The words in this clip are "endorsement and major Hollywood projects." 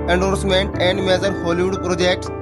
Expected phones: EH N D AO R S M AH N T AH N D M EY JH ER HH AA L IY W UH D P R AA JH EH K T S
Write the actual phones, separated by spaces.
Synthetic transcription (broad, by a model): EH N D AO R S M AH N T AH N D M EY Z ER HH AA L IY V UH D P R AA JH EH K T S